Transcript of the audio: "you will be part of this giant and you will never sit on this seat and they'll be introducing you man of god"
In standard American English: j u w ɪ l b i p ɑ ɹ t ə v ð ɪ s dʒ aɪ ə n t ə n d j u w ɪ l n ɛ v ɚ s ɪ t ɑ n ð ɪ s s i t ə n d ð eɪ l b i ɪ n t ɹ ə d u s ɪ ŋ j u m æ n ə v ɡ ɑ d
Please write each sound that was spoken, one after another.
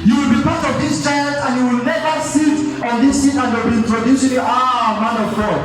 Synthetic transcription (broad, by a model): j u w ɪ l b i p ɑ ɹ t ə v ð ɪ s tʃ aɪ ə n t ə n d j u w ɪ l n ɛ v ɚ s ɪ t ɑ n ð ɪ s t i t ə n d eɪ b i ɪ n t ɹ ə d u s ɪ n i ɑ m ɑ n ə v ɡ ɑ